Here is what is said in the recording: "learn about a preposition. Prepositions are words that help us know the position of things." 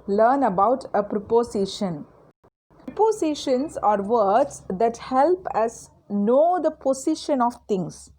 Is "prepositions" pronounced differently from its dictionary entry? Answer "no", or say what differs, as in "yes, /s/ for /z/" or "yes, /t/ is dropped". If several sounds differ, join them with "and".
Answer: yes, /ɹ/ is dropped